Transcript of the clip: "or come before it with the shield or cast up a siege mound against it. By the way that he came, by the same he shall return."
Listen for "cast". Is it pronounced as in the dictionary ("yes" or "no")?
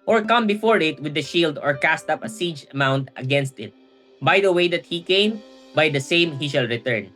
yes